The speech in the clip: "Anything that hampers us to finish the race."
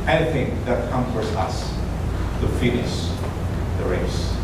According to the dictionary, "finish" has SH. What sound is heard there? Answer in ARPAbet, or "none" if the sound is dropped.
S